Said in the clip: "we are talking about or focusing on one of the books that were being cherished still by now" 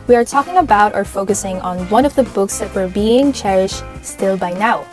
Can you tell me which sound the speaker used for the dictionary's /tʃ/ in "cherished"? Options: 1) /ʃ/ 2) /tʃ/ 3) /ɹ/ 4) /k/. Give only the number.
2